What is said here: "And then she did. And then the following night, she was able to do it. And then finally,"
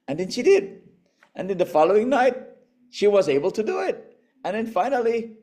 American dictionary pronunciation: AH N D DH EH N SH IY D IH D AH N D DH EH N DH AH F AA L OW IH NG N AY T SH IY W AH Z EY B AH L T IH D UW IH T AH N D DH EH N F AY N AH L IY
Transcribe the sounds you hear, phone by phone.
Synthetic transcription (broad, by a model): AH N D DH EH N SH IY D IH D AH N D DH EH N DH AH F AA L OW IH NG N AY T SH IY W AH Z EY B AH L T IH D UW IH T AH N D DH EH N F AY N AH L IY